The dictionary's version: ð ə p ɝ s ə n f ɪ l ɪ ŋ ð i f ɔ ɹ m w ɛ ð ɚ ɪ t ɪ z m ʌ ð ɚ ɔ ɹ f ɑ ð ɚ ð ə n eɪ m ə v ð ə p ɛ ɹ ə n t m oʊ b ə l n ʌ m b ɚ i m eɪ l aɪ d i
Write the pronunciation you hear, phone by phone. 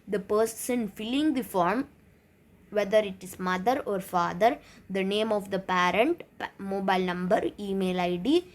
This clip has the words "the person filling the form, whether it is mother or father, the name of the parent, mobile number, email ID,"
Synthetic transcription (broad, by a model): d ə p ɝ s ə n f ɪ l ɪ ŋ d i f ɔ ɹ m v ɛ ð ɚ ɪ t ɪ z m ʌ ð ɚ ɔ ɹ f ɑ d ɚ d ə n eɪ m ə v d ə p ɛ ɹ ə n t m oʊ b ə l n ʌ m b ɚ i m eɪ l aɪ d i